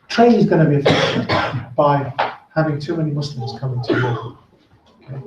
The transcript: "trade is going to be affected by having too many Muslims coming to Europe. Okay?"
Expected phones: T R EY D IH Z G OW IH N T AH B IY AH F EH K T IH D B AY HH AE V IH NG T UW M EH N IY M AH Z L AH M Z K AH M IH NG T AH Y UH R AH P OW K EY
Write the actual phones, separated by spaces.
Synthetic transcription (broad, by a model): T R EY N IH Z G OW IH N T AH B IY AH F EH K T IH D B AY HH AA V IH NG T UW M EH N IY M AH S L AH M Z K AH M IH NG T AH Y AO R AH OW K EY